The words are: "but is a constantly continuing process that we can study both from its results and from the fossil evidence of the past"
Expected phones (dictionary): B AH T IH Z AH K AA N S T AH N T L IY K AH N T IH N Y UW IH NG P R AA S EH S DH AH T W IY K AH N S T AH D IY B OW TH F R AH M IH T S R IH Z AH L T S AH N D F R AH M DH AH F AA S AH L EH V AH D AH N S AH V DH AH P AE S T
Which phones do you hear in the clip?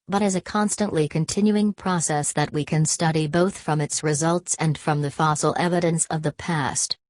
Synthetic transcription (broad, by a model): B AH T IH Z AH K AA N S T AH N T L IY K AH N T IH N Y UW IH NG P R AA S EH S DH AH T W IY K AH N S T AH D IY B OW TH F R AH M IH T S R IH Z AH L T S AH N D F R AH M DH AH F AA S L EH V AH D AH N S AH V DH AH P AE S T